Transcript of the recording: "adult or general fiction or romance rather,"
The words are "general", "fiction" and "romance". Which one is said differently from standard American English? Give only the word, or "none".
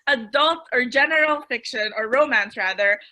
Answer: none